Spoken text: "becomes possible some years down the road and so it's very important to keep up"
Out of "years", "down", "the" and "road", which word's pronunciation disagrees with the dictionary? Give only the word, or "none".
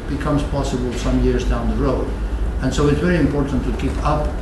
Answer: none